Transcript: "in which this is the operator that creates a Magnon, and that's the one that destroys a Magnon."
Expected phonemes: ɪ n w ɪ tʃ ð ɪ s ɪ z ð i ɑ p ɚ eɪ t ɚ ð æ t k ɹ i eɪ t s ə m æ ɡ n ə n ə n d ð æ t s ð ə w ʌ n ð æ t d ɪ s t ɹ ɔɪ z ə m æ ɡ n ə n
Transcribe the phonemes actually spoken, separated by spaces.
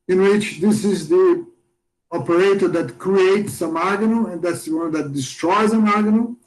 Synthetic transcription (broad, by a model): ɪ n w ɪ tʃ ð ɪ s ɪ z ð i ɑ p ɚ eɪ t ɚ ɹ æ t k ɹ i eɪ t s ə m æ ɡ ə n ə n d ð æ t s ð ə w ʌ n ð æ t d ɪ s t ɹ ɔɪ z ə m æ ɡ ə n